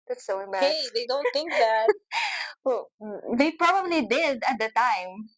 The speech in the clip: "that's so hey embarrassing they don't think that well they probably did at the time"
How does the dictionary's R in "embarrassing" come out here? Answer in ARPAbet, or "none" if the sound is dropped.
none